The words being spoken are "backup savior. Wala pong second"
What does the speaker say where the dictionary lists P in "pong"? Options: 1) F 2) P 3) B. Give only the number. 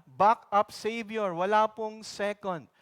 2